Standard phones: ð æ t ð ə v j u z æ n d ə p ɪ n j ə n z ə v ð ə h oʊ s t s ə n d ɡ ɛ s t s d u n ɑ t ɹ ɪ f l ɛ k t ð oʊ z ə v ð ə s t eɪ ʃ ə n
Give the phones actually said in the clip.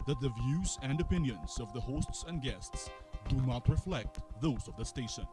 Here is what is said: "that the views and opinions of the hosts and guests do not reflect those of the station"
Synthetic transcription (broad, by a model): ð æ t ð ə v j u z æ n d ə p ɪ n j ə n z ə v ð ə h oʊ s t s ə n d ɡ ɛ s t s d u n ɑ t ɹ ɪ f l ɛ k t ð oʊ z ə v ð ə s t eɪ ʃ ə n